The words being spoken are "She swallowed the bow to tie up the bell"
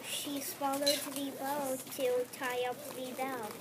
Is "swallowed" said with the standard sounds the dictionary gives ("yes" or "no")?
yes